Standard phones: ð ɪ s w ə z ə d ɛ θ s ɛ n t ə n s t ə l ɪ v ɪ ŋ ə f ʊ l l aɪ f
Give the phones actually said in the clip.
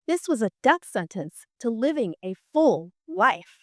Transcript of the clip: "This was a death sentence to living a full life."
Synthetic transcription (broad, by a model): ð ɪ s w ə z ə d ɛ θ s ɛ n t ə n s t ə l ɪ v ɪ ŋ ə f ʊ l l aɪ f